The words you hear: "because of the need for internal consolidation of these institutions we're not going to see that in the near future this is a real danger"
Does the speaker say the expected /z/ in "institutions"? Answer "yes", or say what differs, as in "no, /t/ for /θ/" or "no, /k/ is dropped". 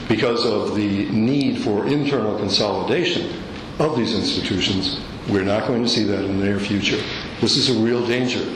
yes